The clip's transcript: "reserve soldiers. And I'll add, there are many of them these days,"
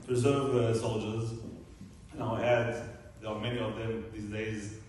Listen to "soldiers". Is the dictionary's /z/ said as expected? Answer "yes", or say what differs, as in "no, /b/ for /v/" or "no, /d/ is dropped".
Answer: yes